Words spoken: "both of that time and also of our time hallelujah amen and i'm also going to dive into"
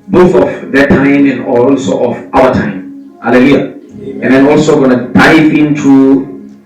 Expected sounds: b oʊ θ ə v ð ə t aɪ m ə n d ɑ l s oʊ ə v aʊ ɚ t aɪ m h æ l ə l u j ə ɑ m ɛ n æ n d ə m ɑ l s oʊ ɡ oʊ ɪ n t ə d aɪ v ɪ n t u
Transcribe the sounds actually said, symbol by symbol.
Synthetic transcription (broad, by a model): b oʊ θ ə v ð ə t aɪ m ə n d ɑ l s oʊ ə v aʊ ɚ t aɪ m h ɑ l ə l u j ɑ ɛ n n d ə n ɑ l s oʊ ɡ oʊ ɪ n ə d aɪ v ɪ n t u